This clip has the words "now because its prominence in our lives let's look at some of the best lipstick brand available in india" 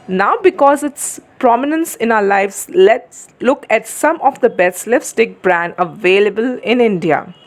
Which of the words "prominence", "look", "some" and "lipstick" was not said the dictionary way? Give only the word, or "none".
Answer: lipstick